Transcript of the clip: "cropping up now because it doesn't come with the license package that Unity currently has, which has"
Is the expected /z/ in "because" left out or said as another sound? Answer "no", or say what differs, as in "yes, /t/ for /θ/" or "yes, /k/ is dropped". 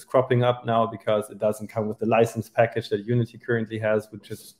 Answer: no